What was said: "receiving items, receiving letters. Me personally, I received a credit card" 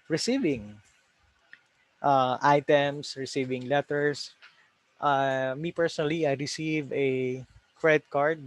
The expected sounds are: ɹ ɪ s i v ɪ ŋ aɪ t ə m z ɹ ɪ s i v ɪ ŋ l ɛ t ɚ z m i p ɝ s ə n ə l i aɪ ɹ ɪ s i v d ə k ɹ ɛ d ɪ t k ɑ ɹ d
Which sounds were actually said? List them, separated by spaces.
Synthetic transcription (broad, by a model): ɹ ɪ s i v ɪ ŋ aɪ t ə m s ɹ ɪ s i v ɪ ŋ l ɛ t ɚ s m i p ɝ s ə n ə l i aɪ ɹ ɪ s i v ə k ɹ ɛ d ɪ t k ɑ ɹ d